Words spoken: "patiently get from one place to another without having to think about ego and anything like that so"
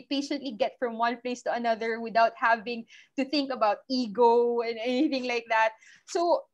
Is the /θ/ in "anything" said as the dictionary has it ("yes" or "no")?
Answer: yes